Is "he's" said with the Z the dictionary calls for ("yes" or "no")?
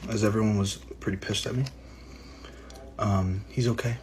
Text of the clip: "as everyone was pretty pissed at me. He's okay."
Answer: yes